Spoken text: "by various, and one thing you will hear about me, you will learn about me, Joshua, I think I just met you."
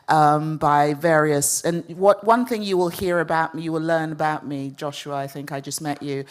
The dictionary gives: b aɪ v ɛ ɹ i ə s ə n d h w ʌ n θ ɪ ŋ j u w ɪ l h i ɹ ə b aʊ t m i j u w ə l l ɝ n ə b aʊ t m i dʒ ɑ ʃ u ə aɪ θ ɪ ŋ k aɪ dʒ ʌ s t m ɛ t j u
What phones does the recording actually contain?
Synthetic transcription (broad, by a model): b aɪ v ɛ ɹ i ə s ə n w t w ʌ n θ ɪ ŋ j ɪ w ɪ l h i ɹ ə b aʊ t m i j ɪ w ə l l ɝ n ə b aʊ t m i dʒ ɑ ʃ u ə aɪ θ ɪ ŋ k aɪ dʒ ʌ s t m ɛ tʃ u